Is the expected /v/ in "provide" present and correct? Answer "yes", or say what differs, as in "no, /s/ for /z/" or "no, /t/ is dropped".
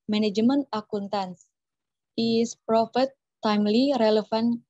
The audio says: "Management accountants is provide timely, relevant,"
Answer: no, /f/ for /v/